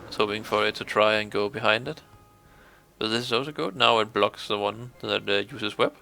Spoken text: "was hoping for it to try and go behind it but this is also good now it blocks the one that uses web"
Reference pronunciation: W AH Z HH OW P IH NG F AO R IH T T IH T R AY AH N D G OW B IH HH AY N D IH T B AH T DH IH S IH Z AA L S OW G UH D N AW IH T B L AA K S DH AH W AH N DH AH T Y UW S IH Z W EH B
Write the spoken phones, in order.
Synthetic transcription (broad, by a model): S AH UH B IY IH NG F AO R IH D T IH T R AY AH N G OW B IH HH AY N D IH T B AH T DH IH S IH Z AA L S OW G UH D N AW IH T B L AA K S DH AH W AH N DH AH T Y UW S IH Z W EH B